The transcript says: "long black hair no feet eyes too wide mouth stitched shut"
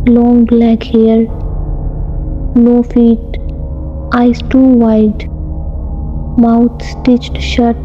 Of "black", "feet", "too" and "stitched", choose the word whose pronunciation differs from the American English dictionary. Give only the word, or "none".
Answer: none